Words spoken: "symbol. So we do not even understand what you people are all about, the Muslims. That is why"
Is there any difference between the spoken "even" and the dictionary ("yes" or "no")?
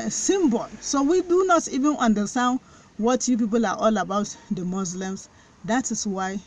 no